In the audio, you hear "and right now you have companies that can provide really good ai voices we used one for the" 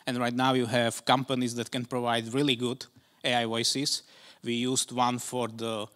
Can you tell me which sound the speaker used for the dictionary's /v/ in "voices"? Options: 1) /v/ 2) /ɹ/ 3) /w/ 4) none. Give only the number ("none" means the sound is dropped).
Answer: 3